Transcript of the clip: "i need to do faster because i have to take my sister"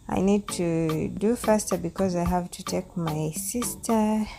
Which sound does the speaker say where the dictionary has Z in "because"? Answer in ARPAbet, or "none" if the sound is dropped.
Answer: Z